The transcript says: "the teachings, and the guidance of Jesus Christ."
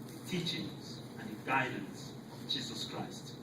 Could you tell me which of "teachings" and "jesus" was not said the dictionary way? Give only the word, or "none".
none